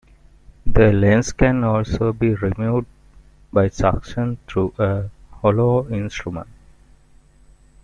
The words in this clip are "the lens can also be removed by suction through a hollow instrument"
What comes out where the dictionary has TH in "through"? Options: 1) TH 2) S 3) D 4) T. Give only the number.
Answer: 4